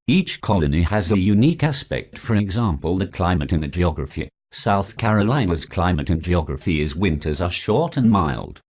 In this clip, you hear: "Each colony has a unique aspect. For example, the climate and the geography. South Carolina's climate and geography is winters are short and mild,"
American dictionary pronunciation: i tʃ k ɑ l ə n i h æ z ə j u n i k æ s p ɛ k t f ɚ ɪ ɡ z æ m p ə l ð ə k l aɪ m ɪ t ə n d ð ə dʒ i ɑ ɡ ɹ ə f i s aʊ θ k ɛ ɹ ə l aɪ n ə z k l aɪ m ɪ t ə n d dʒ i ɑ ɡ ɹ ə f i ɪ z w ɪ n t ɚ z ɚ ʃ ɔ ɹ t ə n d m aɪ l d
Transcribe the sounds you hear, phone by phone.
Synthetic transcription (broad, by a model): i tʃ k ɑ l ə n i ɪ z ə j u n i k æ s p ɛ k t f ɚ ɪ ɡ z æ m p ə l ð ə k l aɪ m ɪ t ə n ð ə dʒ i ɑ ɡ ɹ ə f i s aʊ θ k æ ɹ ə l aɪ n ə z k l aɪ m ɪ t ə n dʒ i ɑ ɡ ɹ ə f i ɪ z w ɪ n t ɚ z ɚ ʃ ɔ ɹ t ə n m aɪ l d